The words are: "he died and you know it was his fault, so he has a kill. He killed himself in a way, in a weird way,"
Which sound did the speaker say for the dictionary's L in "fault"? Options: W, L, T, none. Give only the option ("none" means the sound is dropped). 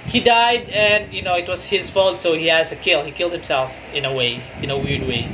L